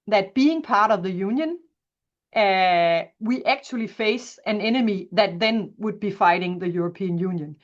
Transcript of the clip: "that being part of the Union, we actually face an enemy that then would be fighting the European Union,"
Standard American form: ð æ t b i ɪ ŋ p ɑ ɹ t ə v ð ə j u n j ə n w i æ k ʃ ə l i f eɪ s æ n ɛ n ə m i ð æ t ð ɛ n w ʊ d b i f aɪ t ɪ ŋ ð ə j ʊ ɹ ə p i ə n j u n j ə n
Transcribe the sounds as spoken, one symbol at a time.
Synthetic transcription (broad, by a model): ð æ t b i ɪ ŋ p ɑ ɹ t ə v ð ə j u n j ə n w i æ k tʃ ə l i f eɪ s æ n ɛ n ə m i ð æ t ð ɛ n w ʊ d b i f aɪ t ɪ ŋ ð ə j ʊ ɹ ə p i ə n j u n j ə n